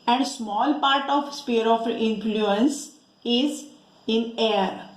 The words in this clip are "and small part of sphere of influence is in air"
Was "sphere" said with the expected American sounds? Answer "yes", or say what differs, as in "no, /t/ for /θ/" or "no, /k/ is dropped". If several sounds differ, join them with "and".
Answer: no, /p/ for /f/